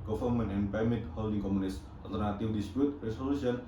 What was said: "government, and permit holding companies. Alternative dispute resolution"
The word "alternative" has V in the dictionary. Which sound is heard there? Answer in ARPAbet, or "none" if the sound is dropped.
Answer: W